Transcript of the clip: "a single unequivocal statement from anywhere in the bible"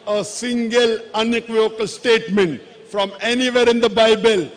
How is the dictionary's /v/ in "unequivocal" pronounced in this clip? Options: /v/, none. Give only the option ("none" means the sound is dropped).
none